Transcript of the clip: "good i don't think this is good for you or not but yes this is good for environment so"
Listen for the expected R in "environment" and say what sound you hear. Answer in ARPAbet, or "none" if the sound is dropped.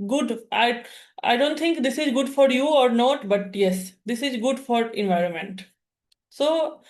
R